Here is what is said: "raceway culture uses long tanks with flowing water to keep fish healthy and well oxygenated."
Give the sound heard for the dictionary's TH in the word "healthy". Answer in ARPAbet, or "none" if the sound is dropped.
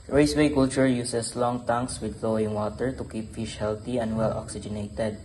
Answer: T